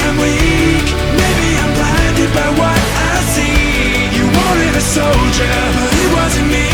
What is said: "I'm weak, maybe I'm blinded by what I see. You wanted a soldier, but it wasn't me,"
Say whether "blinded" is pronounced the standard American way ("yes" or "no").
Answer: no